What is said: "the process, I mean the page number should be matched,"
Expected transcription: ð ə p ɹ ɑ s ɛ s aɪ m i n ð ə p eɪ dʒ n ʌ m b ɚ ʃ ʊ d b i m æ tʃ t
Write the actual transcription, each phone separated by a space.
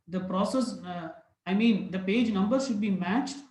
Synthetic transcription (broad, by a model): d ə p ɹ ɑ s ɛ s aɪ m i n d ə p eɪ dʒ n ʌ m b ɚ ʃ ʊ d b i m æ tʃ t